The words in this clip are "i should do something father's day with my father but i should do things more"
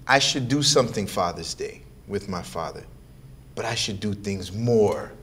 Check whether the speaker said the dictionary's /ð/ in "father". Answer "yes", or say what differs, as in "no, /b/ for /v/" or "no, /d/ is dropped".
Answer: yes